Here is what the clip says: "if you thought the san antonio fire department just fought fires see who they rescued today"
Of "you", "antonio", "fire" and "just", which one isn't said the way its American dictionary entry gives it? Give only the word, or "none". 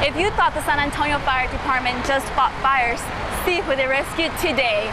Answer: none